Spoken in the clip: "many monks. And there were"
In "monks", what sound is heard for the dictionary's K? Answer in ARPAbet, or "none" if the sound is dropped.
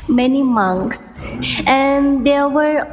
K